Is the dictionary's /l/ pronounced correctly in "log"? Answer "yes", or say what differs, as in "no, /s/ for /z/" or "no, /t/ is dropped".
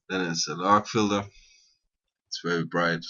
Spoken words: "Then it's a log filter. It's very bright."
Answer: no, /n/ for /l/